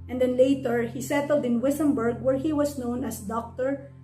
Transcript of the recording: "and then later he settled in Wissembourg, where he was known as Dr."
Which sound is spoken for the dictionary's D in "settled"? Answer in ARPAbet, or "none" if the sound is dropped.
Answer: D